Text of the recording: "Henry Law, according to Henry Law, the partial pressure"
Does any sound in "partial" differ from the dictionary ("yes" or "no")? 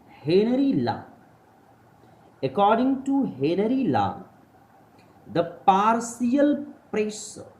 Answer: yes